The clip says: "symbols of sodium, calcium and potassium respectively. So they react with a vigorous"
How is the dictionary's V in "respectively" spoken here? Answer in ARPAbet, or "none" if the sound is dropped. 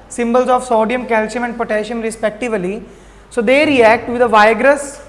V